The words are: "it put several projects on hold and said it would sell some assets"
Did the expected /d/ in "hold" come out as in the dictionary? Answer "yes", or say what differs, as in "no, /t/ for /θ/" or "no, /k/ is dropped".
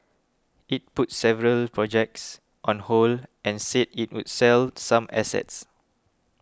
no, /d/ is dropped